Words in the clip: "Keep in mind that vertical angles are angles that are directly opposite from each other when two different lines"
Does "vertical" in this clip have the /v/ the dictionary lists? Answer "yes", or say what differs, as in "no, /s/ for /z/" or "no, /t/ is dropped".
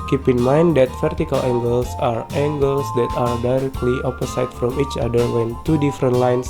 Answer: no, /f/ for /v/